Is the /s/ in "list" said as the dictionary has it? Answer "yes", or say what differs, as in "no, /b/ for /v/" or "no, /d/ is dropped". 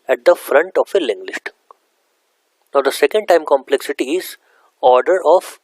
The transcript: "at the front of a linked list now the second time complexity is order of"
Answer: no, /ʃ/ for /s/